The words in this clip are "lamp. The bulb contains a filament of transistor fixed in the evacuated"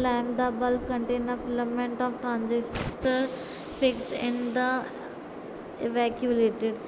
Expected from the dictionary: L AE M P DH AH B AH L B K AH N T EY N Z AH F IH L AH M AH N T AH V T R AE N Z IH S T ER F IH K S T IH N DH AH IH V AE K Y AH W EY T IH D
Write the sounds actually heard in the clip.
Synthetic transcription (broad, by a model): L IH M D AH B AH L K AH N T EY N AH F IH L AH M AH N T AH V T R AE N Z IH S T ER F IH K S IH N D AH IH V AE K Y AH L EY T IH D